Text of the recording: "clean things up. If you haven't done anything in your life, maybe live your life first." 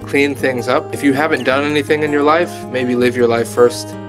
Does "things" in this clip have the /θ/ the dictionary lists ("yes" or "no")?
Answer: yes